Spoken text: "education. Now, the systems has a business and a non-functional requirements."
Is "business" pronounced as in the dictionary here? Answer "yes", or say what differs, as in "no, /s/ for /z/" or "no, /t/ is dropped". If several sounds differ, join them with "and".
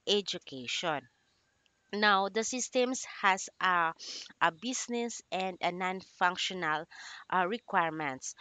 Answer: no, /s/ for /z/